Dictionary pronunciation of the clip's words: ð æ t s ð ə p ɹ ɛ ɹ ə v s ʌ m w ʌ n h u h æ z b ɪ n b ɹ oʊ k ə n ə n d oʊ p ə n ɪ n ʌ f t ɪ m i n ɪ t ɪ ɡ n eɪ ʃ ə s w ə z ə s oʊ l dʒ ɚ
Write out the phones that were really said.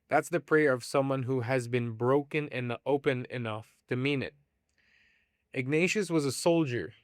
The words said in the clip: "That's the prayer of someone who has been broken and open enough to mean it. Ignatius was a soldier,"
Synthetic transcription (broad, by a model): ð æ t s ð ə p ɹ ɛ ɹ ə v s ʌ m w ʌ n h u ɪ z b ɪ n b ɹ oʊ k ə n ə n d oʊ p ə n ɪ n ʌ f t ɪ m i n ɪ t ɪ ɡ n eɪ ʃ ə s w ə z ə s oʊ l dʒ ɚ